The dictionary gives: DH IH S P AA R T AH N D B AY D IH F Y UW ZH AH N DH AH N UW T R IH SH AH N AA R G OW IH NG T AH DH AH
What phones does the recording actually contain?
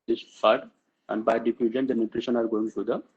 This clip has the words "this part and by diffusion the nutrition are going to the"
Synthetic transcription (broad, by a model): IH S F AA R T AH N D B AY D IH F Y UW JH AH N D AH N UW T R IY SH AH N AA R G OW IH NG S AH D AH